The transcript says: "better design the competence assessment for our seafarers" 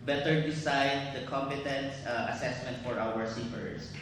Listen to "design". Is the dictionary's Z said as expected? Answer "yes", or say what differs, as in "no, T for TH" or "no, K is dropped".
no, S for Z